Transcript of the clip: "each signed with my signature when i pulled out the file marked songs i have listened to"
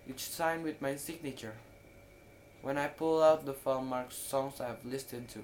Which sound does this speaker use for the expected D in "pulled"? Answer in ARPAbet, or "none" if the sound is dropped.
none